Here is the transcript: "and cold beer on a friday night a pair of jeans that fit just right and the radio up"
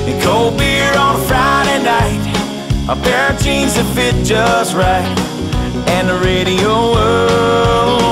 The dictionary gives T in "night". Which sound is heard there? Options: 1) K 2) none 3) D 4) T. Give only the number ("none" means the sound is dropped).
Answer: 4